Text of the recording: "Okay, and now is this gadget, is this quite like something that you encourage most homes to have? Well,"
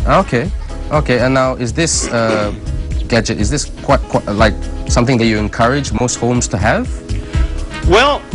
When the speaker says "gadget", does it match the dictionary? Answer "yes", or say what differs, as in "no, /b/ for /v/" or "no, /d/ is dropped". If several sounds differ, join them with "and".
yes